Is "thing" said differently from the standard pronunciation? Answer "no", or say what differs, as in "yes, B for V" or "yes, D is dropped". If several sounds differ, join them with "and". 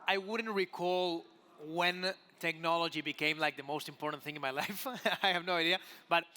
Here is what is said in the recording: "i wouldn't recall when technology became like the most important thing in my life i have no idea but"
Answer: no